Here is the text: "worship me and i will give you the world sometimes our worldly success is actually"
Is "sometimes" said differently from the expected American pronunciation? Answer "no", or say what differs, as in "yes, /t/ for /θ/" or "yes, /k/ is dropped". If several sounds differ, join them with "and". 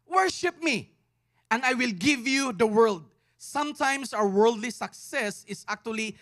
yes, /s/ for /z/